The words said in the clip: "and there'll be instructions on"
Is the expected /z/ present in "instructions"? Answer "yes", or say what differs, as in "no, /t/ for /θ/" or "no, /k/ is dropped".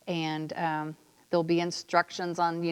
yes